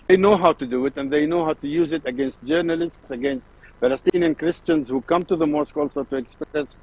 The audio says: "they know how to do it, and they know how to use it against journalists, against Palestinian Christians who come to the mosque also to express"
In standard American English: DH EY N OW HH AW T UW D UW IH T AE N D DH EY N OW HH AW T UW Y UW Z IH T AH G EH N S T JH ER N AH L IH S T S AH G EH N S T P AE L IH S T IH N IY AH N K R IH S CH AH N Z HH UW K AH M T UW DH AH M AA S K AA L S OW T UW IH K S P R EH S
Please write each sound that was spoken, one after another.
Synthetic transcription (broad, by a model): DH EY N OW HH AW T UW D UW IH T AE N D DH EY N OW HH AW T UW Y UW Z IH T AH G EH N S T JH ER N AH L IH S T S AH G EH N S T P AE L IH S T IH N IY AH N K R IH S CH AH N Z HH UW K AH M T UW DH AH M AA S K AA L S OW T UW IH K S P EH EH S